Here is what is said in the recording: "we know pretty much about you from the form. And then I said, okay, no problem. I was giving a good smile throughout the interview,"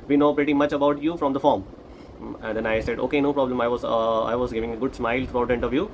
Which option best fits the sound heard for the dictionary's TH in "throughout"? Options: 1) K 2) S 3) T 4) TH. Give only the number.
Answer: 3